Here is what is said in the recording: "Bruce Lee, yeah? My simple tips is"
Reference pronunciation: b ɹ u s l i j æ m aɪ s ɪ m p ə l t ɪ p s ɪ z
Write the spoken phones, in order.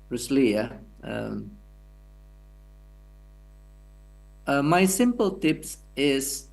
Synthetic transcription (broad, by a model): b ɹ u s l i j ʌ m aɪ s ɪ m p ə l t ɪ p s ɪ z